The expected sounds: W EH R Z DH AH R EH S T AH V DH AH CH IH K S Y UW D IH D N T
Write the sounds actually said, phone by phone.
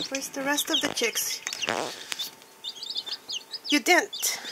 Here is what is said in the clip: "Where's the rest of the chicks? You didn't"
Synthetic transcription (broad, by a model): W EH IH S DH AH R EH S T AH V DH AH CH IH K S Y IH D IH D N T